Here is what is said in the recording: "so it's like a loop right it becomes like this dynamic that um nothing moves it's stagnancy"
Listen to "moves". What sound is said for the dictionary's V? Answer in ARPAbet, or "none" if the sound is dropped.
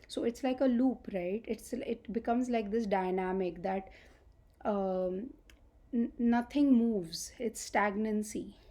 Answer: V